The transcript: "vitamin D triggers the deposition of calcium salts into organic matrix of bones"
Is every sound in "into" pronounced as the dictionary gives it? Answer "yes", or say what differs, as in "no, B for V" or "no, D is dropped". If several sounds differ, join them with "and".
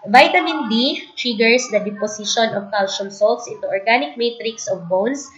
no, N is dropped